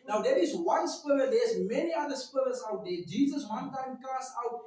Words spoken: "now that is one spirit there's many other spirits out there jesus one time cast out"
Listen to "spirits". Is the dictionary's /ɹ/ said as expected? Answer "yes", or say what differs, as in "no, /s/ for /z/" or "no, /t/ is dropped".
no, /l/ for /ɹ/